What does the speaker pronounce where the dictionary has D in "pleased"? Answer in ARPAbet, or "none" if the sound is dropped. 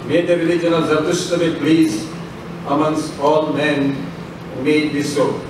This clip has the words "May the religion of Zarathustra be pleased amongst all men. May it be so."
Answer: none